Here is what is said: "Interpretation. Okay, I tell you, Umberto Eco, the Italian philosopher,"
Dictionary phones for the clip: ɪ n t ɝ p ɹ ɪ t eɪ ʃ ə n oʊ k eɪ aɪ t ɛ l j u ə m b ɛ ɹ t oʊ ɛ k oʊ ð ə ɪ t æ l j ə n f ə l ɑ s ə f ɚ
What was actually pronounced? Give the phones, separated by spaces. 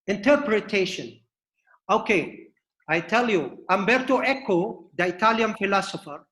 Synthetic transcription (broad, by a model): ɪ n t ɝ p ɹ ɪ t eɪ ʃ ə n oʊ k eɪ aɪ t ɛ l j u ə m b ɛ ɹ t oʊ ɛ k oʊ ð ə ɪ t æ l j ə n f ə l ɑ s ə f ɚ